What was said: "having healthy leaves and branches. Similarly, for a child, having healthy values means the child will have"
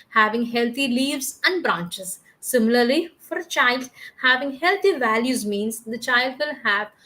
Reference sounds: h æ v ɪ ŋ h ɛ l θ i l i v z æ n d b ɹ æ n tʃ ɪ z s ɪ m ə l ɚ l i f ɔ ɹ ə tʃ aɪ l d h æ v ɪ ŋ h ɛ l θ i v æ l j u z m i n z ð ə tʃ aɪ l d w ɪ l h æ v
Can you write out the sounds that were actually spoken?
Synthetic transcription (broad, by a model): h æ v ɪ ŋ h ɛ l t i l i v z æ n d b ɹ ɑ n tʃ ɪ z s ɪ m ə l ɚ l i f ɔ ɹ ə tʃ aɪ l d h æ v ɪ ŋ h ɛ l t i v æ l j u z m i n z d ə tʃ aɪ l d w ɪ l h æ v